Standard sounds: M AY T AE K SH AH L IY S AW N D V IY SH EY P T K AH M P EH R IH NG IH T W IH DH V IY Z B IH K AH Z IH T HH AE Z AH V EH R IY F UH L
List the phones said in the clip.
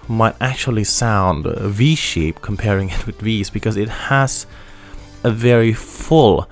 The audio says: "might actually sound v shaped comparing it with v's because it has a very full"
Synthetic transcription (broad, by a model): M AY T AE K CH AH L IY S AW N D V IY SH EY P K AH M P EH R IH NG IH T W IH DH V IY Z B IH K AH Z IH T HH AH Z AH V EH R IY F UH L